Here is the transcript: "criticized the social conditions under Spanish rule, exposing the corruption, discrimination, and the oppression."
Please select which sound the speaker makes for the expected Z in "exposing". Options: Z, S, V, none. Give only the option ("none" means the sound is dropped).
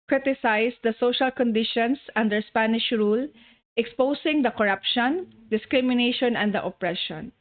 S